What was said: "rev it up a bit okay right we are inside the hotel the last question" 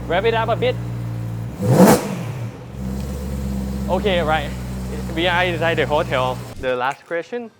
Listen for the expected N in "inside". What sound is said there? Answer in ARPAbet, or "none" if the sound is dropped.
none